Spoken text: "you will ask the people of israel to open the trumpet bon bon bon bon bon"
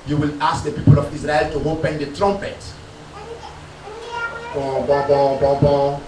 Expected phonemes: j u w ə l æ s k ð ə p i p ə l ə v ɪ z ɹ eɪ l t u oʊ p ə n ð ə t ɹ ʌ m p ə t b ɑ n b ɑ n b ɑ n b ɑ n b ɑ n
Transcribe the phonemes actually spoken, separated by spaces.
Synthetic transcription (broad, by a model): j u w ə l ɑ s k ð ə p i p ə l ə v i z ɹ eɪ l t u oʊ p ə n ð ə t ɹ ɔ m p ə t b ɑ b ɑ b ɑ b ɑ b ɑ